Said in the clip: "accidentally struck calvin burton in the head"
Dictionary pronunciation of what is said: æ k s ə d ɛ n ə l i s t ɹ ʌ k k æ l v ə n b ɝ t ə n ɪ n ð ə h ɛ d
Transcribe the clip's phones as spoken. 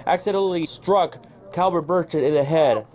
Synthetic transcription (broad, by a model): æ k s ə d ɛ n l i s t ɹ ʌ k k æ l b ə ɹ b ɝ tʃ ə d ɪ n ð ə h ɛ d